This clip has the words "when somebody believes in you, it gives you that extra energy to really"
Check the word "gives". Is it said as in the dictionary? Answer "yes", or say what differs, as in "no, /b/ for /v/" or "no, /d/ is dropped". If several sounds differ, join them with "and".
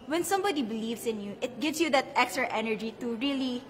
no, /s/ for /z/